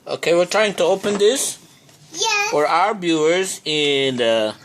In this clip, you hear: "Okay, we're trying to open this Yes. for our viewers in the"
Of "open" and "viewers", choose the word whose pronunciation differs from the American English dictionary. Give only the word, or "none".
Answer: viewers